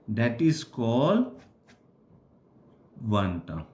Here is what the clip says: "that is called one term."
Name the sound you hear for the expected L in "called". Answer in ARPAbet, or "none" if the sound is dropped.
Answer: L